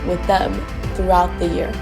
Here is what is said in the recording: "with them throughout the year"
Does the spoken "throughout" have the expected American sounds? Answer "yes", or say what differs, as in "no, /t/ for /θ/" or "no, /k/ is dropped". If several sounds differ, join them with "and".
yes